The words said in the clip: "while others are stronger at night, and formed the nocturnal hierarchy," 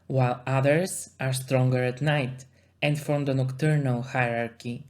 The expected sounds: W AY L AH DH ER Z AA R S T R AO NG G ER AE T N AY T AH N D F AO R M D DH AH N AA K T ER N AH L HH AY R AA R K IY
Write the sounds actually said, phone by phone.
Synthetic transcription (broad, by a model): W AY L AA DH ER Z AA R S T R AO NG G ER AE T N AY T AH N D F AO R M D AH N AA K T ER N AH L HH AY R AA R K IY